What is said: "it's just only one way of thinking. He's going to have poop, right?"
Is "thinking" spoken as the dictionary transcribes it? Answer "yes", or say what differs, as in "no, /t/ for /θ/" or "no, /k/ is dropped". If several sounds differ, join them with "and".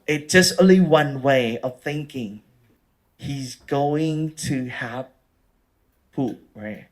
yes